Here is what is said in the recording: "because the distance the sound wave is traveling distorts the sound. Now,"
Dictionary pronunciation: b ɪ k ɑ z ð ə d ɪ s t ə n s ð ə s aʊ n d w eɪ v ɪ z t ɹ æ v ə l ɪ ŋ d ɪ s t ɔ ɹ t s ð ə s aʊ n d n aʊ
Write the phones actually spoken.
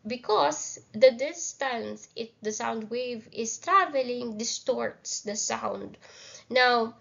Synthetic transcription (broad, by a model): b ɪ k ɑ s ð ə d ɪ s t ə n s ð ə s aʊ n d w eɪ v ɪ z t ɹ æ v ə l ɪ ŋ d ɪ s t ɔ ɹ t s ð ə s aʊ n d n aʊ